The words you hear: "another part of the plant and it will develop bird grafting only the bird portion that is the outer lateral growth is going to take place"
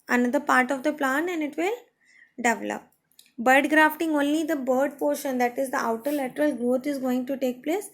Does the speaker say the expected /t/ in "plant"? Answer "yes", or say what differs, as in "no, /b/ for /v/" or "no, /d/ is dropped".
no, /t/ is dropped